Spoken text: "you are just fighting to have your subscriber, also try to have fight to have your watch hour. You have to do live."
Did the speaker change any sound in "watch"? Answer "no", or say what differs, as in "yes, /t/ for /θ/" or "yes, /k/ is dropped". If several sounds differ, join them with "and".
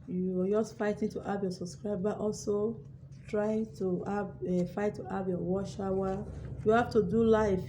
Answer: yes, /ʃ/ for /tʃ/